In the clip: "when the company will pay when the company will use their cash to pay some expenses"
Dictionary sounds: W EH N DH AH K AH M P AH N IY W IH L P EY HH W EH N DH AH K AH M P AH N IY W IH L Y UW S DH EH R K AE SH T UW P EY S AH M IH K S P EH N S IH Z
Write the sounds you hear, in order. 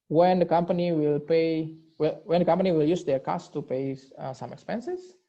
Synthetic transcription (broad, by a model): W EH N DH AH K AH M P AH N IY W IH L P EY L W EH N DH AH K AH M P AH N IY W IH L Y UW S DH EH R K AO S T UW P EY S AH M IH K S P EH N S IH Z